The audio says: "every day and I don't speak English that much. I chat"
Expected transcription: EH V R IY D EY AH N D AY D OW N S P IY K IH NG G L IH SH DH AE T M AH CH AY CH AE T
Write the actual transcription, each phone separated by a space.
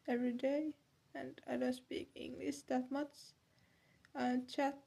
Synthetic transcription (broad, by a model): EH V R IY D EY AH N D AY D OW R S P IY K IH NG G L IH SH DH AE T M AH S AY CH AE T